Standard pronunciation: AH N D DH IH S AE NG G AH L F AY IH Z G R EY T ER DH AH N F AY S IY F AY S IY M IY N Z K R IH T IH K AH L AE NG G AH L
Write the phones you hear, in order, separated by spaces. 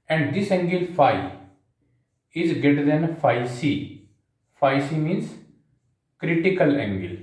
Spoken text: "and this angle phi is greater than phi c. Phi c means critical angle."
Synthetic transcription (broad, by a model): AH N D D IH S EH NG G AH L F AY IH Z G EY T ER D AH N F AY S IY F AY S IY M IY N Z K R IH T IH K AH L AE NG G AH L